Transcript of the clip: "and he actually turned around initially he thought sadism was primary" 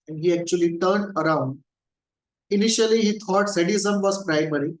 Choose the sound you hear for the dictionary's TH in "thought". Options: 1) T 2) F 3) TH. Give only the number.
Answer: 1